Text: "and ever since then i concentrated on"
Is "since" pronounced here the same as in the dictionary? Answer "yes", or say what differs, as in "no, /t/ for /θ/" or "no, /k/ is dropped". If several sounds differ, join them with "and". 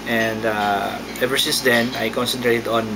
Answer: yes